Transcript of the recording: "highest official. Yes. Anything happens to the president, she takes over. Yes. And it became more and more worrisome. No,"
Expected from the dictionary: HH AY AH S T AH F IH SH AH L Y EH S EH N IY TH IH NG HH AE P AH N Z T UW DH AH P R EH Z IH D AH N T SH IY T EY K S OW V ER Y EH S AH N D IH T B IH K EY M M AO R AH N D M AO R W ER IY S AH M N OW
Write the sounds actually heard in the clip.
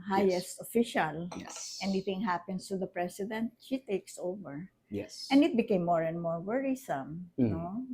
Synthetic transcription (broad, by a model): HH AY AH S T AH F IH SH AH L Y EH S EH N IY TH IH NG HH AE P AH N S T UW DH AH P R EH S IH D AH N T SH IY T EY K S OW V ER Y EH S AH N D IH T B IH K EY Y M AO R AH N D M AO R W ER IY S AH M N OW